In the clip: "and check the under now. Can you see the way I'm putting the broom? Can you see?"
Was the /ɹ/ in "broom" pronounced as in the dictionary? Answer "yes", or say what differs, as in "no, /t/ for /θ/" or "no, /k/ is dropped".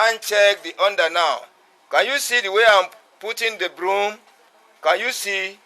yes